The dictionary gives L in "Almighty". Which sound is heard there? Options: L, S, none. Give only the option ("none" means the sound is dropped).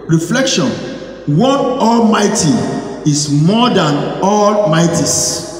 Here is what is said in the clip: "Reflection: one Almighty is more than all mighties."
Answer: L